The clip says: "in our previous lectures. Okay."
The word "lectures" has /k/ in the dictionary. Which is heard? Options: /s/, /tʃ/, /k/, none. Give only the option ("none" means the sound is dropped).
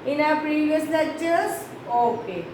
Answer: none